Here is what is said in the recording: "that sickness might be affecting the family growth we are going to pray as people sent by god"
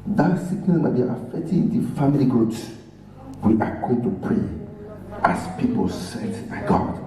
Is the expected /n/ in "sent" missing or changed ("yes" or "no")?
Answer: yes